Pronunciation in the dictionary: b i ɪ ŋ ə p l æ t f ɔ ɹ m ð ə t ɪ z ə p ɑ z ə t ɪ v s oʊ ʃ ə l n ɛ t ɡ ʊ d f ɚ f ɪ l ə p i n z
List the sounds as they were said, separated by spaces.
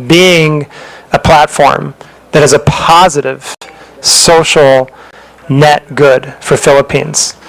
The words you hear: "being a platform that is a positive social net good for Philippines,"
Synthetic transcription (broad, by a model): b i ɪ ŋ ə p l æ t f ɔ ɹ m ð ə t ɪ z ə p ɑ z ə t ɪ v s oʊ ʃ l n ɛ t ɡ ʊ d f ɚ f ɪ l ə p i n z